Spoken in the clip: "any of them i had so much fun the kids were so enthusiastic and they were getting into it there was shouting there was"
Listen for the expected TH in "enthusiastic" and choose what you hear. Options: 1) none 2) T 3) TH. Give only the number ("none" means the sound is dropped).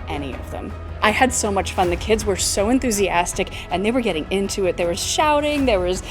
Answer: 3